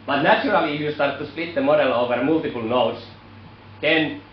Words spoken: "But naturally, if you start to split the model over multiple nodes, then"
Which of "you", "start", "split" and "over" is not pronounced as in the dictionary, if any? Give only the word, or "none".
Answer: none